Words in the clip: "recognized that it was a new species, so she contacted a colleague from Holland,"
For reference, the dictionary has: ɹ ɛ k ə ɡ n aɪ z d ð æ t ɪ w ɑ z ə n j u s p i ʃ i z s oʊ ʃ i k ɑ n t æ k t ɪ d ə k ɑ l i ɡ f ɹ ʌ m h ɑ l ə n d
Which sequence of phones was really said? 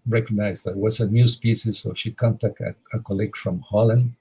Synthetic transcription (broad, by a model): ɹ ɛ k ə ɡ n aɪ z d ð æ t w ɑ s ə n j u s p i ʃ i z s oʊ ʃ i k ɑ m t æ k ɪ ə k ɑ l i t f ɹ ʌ m h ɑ l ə n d